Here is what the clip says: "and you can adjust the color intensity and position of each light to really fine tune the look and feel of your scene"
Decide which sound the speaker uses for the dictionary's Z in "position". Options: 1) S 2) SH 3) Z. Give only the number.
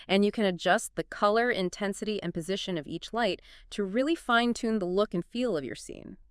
3